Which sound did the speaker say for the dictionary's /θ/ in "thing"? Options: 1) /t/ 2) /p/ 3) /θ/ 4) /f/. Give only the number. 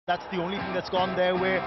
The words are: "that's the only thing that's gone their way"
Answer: 1